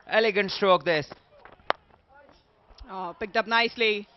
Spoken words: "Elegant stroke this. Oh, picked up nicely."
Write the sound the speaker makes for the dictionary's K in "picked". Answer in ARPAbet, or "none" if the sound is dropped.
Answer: K